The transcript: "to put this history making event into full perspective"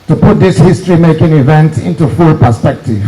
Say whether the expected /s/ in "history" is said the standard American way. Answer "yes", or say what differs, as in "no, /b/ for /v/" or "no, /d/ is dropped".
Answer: yes